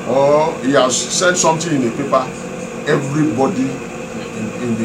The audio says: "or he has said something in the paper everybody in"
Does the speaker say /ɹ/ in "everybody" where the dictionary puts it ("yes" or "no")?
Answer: yes